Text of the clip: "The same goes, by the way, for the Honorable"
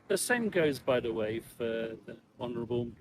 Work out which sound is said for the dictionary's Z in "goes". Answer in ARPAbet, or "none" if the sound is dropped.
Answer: Z